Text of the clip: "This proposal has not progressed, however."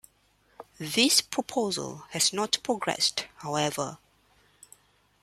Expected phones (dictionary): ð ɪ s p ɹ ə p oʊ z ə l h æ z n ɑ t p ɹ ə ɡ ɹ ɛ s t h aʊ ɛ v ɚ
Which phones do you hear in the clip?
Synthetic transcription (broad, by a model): ð ɪ s p ɹ ə p oʊ z ə l h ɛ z n ɑ t p ɹ ə ɡ ɹ ɛ s t h aʊ ɛ v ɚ